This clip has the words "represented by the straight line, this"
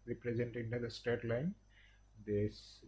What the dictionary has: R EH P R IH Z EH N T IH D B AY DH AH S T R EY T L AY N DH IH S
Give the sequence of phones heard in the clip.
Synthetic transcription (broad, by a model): R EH P R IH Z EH N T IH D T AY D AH S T EY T L AY N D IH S